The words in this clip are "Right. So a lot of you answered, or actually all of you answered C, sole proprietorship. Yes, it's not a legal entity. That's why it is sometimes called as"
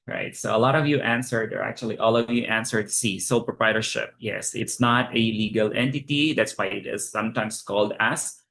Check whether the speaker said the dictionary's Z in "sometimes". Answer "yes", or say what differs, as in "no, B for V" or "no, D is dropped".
no, S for Z